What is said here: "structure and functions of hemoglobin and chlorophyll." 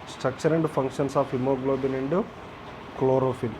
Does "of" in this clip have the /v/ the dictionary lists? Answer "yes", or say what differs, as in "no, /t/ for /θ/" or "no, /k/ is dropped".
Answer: no, /p/ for /v/